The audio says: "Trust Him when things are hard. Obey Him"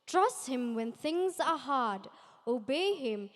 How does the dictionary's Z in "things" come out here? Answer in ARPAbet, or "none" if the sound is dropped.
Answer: Z